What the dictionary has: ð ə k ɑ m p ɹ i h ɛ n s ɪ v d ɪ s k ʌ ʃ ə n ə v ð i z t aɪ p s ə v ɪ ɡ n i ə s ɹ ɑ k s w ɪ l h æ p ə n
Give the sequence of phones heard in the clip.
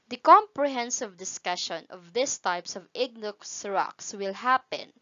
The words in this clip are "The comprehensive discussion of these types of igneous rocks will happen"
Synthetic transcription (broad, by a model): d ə k ɑ m p ɹ i h ɛ n s ɪ v d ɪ s k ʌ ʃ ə n ə v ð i s t aɪ p s ə v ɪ ɡ n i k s ɹ ɑ k s w ɪ l h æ p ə n